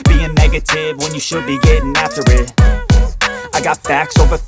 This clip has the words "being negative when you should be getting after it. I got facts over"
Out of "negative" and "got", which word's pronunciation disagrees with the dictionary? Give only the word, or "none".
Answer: none